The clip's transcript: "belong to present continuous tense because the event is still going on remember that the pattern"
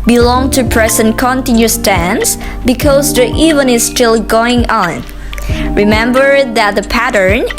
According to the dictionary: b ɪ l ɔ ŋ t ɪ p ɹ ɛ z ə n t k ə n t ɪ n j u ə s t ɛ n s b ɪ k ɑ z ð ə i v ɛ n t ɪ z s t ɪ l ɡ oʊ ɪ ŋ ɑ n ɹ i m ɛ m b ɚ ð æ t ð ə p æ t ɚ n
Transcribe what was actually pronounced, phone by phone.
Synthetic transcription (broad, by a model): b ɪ l ɔ ŋ t ɪ p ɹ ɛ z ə n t k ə n t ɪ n j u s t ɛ n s b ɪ k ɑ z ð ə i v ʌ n ɪ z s t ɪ l ɡ oʊ ɪ ŋ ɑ n ɹ i m ɛ m b ɚ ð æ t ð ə p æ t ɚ n